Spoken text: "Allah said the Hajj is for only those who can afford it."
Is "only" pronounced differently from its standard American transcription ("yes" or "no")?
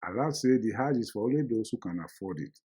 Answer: yes